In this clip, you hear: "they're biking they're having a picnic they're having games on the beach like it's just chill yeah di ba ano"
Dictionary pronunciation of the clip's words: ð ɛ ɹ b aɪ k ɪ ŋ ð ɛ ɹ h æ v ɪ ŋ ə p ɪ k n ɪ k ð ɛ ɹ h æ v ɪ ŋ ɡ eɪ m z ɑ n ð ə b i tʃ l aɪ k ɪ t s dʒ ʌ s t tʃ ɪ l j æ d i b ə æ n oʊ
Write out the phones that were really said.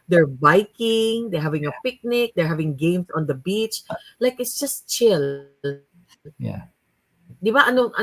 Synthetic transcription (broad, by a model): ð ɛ ɹ b aɪ k ɪ ŋ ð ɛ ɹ h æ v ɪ ŋ ə p ɪ k n ɪ k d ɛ ɹ h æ v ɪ ŋ ɡ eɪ m s ɑ n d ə b i tʃ l aɪ k ɪ t s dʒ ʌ s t tʃ ɪ l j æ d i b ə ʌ n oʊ